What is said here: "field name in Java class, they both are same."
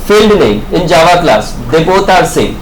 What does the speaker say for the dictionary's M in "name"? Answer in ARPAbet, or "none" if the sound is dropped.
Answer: none